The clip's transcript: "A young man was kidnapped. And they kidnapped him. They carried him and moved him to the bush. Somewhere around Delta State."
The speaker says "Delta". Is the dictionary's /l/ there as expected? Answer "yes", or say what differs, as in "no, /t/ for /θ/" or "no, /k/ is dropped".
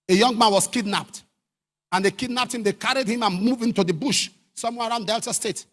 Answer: yes